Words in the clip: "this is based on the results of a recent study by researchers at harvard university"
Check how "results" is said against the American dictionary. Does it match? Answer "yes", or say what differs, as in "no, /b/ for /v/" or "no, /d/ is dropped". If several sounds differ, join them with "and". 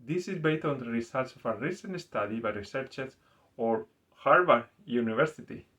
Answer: no, /s/ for /z/